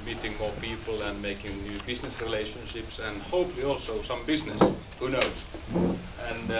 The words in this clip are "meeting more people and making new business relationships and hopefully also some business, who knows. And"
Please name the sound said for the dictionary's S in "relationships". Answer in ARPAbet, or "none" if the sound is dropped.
S